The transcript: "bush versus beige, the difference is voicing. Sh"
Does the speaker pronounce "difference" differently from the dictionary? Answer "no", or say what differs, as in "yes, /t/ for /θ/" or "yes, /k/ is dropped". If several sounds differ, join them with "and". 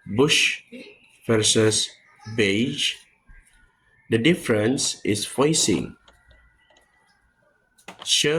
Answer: no